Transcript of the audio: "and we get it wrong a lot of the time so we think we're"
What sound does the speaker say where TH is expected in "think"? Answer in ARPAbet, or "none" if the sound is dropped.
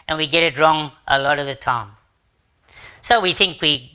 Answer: TH